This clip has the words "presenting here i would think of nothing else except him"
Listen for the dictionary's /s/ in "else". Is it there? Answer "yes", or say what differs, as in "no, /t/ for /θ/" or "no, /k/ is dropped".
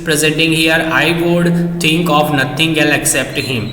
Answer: no, /s/ is dropped